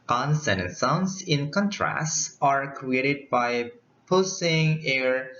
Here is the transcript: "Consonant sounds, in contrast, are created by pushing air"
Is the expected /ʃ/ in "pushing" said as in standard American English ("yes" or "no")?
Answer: no